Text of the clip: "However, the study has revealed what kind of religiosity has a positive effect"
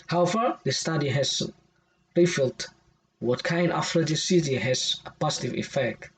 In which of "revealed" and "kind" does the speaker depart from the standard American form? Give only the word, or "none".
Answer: revealed